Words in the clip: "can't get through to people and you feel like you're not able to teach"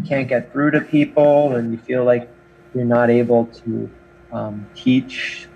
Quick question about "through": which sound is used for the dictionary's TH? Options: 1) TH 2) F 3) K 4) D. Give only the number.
2